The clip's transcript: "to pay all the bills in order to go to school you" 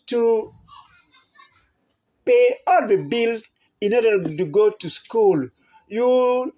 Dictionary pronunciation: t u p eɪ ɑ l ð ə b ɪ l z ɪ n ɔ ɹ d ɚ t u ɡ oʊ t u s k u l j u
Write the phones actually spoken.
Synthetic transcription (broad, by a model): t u p eɪ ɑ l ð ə b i l ɪ n ɔ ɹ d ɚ t u ɡ oʊ t u s k u l j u